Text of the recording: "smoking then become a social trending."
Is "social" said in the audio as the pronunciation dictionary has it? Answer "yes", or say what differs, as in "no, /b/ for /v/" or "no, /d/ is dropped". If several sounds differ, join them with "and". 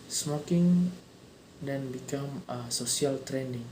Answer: no, /s/ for /ʃ/